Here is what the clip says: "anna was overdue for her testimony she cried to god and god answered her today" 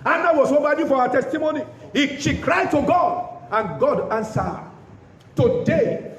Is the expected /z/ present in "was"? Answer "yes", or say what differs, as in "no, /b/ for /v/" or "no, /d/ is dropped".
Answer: no, /s/ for /z/